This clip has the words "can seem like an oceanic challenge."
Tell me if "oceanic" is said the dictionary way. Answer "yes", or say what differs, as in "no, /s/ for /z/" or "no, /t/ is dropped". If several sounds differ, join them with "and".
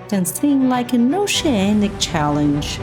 yes